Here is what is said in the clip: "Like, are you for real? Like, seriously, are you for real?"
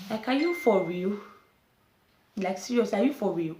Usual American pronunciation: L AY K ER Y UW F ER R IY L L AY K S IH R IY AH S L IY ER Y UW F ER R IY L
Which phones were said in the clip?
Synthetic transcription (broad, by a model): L AY K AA Y UW F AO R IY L L AY K S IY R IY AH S IY Y UW F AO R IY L